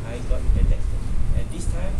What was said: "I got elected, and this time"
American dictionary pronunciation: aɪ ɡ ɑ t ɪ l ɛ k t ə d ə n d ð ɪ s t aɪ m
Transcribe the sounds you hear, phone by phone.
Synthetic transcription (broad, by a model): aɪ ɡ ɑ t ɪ ɛ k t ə ə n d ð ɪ s t aɪ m